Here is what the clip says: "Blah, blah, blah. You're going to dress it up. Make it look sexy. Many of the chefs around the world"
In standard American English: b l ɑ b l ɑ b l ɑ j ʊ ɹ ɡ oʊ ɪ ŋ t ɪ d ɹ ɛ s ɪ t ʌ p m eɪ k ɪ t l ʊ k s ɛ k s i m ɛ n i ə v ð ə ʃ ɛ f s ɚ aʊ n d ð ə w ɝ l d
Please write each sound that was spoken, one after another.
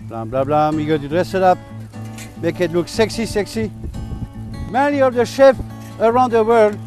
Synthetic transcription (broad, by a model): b l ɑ b l ɑ b l ɑ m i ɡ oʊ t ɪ d ɹ ɛ s ɪ t ʌ p m eɪ k ɪ t l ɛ k s ɛ k s i m ɛ n i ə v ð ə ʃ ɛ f ɚ aʊ n d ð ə w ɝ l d